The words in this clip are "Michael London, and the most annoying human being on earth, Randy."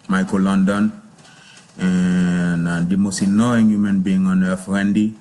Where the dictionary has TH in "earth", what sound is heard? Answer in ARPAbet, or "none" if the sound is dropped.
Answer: F